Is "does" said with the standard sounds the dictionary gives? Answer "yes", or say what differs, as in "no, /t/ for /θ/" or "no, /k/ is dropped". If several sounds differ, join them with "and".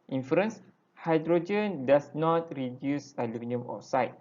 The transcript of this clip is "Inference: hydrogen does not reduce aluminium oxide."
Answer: no, /s/ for /z/